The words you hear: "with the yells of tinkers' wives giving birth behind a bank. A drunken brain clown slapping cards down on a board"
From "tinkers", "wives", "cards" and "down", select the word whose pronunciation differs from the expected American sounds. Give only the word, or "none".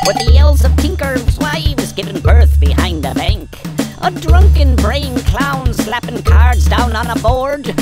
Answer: wives